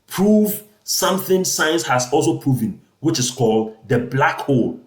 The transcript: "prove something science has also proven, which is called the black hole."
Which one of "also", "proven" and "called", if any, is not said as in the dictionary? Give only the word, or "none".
none